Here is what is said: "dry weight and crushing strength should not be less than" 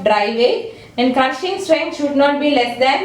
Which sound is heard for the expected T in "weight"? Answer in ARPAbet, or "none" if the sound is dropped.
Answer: none